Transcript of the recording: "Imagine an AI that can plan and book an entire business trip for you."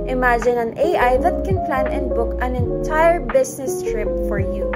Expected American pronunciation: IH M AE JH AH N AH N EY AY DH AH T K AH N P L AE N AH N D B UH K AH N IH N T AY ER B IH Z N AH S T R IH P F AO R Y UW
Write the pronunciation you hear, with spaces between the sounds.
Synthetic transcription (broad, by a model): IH M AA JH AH N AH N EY AY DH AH T K AH N P L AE N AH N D B UH K AH N IH N T AY ER B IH S N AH S T R IH P F AO R Y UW